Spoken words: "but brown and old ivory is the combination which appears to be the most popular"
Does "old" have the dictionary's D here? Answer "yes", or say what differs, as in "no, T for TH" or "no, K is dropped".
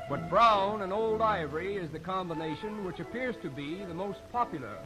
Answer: yes